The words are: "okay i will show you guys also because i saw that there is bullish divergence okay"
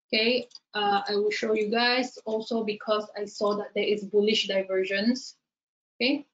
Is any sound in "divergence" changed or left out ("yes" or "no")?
yes